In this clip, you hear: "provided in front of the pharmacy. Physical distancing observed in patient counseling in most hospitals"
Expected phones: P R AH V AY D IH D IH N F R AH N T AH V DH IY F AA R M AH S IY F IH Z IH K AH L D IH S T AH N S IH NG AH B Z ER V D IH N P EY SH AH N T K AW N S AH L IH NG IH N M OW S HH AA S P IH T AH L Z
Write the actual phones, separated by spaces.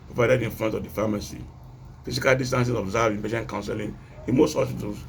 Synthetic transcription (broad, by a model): P R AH V AY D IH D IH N F L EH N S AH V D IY F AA M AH S IY F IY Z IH K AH L D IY S T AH N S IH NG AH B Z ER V IH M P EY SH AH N K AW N S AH L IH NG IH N M OW S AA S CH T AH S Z